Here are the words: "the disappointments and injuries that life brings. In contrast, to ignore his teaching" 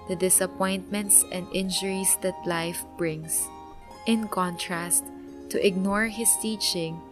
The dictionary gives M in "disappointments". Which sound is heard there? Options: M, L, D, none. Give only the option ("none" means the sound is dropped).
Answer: M